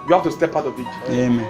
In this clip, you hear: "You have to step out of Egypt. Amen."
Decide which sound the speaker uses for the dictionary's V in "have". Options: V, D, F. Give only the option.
F